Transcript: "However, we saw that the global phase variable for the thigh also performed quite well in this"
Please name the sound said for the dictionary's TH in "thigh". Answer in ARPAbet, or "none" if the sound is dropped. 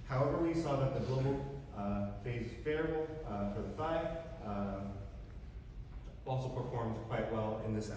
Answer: F